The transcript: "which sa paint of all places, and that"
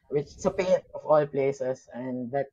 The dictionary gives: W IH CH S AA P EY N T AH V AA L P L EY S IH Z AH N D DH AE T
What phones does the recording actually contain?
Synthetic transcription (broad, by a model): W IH CH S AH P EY T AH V AA L P L EY S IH S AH N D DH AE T